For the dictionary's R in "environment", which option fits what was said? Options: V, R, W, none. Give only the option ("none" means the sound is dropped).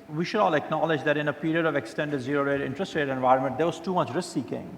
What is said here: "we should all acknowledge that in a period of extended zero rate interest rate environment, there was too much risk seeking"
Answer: R